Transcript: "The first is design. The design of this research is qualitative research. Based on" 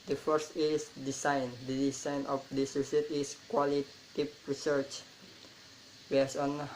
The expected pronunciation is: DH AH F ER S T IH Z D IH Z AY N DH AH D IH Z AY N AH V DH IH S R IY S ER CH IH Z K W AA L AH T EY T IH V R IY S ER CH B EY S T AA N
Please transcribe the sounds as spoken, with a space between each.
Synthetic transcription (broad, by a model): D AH F ER S T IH S D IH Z AY N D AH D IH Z AY N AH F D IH S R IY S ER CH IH S K W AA L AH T T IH P R IY S ER CH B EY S AA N